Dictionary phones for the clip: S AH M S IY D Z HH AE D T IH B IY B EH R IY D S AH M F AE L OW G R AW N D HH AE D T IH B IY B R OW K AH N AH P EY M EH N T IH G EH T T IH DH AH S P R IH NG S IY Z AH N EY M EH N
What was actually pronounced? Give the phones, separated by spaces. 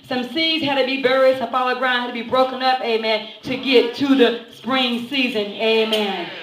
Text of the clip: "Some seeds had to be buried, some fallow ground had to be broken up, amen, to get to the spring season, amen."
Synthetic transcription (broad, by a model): S AH M S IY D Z HH AE D T IH B IY B EH R IY D S AH M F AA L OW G R AW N HH AE D T IH B IY B R OW K AH N AH P EY M EH N T IH G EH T T IH DH AH S P R IH NG S IY Z AH N EY M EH N